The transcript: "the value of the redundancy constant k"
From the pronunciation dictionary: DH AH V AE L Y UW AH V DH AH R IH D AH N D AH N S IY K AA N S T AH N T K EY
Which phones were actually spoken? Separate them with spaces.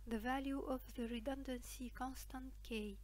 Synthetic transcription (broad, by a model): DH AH V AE L Y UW AH V DH AH R IH D AH N D AH N S IY K AA N S T AH N T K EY